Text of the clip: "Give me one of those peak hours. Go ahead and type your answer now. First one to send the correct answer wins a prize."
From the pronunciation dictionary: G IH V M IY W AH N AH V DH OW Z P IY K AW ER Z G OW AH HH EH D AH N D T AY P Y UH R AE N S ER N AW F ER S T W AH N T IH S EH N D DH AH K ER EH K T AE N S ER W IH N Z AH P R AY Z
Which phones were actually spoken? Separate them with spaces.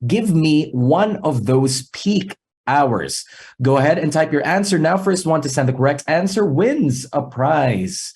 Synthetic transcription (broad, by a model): G IH V M IY W AH N AH V DH OW Z P IY K AW ER Z G OW AH HH EH D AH N T AY P Y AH R AE N S ER N AW F ER S T W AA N T IH S EH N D DH AH K ER EH K T AE N S ER W IH N Z AH P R AY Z